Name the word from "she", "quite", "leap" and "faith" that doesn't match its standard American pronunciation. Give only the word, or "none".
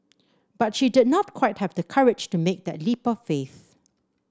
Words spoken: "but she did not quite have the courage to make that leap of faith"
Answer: none